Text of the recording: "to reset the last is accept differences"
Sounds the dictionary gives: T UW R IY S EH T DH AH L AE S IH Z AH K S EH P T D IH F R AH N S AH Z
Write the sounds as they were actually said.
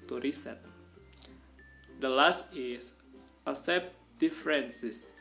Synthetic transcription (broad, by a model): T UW R IY S EH T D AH L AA S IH S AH S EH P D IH F R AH N S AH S